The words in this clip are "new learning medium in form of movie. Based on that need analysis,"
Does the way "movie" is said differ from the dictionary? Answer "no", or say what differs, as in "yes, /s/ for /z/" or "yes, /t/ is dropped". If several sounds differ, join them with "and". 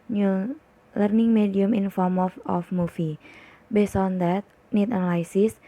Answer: yes, /f/ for /v/